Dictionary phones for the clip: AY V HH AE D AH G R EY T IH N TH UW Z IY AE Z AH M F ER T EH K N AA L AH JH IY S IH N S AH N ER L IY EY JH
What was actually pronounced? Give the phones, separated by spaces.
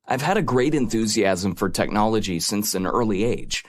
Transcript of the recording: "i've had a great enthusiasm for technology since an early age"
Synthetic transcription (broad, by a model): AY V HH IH D AH G R EY T IH N TH UW Z IY AE Z AH M F ER T EH K N AA L AH JH IY S IH N S AH N ER L IY EY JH